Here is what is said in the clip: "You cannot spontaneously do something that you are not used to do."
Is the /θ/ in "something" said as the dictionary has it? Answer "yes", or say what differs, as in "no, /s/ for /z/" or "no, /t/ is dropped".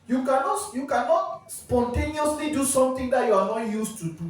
no, /t/ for /θ/